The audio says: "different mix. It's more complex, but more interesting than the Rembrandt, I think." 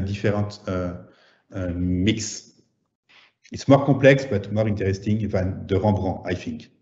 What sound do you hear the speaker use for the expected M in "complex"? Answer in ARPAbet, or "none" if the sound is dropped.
none